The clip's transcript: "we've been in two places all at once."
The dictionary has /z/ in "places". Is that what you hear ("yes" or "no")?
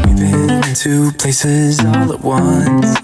yes